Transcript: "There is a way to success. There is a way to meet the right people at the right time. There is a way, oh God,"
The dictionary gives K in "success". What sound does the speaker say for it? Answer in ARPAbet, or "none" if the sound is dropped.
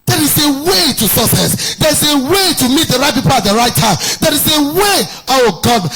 none